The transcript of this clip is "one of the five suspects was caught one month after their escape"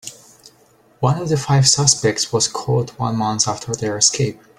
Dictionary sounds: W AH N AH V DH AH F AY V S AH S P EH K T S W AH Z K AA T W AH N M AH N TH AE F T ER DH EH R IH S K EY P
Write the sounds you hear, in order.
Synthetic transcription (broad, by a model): W AH N AH V DH AH F AY V S AH S P EH K T S W AH Z K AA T W AH N M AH N S AE F T ER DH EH R IH S K EY P